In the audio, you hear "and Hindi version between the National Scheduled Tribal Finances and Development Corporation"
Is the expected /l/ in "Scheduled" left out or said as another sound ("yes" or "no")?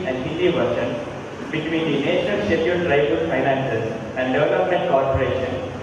yes